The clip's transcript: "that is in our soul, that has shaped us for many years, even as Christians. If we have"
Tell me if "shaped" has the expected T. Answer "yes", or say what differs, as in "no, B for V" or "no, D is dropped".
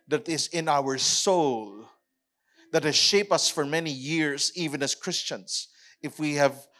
no, T is dropped